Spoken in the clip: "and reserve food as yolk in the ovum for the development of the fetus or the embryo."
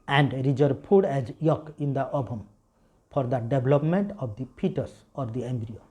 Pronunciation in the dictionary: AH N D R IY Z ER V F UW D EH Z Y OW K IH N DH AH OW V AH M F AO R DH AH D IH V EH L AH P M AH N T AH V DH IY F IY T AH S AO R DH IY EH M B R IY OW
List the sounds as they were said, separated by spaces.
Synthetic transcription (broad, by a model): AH N D R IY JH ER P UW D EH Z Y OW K IH N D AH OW B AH M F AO R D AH D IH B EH L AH P M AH N T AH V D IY P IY T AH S AO R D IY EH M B R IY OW